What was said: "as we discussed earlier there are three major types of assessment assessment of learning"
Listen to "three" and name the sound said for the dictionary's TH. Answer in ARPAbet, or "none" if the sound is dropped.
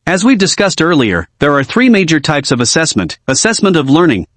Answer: TH